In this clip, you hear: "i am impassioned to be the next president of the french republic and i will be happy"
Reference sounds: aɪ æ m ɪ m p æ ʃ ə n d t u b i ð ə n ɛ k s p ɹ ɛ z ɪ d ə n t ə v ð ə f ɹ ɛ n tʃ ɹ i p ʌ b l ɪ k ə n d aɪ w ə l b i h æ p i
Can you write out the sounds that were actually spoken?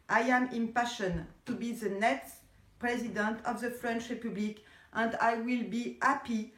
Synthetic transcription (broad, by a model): aɪ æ m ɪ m p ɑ ʃ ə n t u b i ð ə n ɛ k s p ɹ ɛ z ɪ d ə n t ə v ð ə f ɹ ɛ n tʃ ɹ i p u b l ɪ k ə n d aɪ w ə l b i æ p i